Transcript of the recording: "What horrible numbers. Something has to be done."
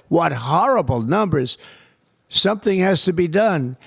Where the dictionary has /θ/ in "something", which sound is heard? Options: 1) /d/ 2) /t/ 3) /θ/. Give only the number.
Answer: 3